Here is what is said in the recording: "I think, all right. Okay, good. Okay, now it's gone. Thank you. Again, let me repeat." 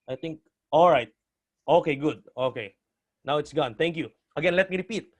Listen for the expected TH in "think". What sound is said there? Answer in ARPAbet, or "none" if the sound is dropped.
T